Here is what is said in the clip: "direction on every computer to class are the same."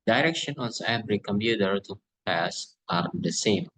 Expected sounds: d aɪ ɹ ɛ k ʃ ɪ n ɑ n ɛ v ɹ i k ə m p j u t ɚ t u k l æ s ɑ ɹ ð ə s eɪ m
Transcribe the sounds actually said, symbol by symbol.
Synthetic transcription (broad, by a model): d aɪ ɹ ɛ k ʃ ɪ n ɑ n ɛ b ɹ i k ə m p j u t ɚ t u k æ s ɑ ɹ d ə s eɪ m